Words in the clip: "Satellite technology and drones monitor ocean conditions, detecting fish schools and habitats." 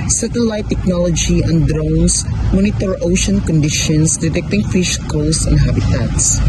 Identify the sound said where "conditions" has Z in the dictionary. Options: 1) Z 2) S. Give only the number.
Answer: 2